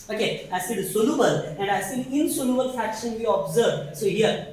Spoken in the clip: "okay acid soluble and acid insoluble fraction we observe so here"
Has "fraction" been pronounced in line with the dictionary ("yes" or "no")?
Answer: no